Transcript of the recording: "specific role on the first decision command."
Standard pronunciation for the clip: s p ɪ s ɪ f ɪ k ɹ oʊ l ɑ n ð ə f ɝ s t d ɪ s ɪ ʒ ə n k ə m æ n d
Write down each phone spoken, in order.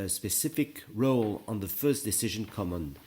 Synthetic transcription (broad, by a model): s p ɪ s ɪ f ɪ k ɹ oʊ l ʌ n ð ə f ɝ s d ɪ s ɪ ʒ ə n k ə m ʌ n